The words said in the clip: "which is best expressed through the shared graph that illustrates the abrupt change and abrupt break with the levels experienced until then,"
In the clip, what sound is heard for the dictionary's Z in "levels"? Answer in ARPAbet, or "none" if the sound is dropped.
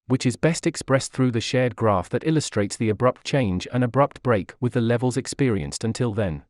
Z